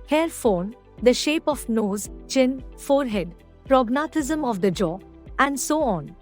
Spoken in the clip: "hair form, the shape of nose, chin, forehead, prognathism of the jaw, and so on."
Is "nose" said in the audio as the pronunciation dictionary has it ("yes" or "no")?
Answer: yes